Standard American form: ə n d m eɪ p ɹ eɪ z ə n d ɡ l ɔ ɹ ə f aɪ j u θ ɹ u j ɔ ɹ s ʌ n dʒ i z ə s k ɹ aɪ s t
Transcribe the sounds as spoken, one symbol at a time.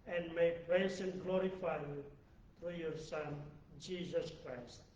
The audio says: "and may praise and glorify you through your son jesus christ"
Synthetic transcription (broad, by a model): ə n d m eɪ p ɹ eɪ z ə n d ɡ l ɔ ɹ ə f aɪ j u t ɹ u j ɔ ɹ s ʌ n dʒ i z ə s k ɹ aɪ s t